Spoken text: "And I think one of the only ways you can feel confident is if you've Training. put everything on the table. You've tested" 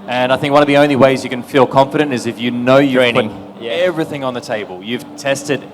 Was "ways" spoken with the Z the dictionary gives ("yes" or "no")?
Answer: yes